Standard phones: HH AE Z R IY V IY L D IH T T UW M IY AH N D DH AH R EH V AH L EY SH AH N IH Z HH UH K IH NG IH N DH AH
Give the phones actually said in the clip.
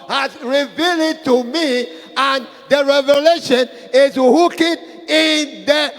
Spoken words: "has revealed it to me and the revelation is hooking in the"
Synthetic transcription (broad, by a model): HH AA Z R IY V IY L IH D T UW M IY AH N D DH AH R EH V AH L EY SH AH N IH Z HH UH K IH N IH N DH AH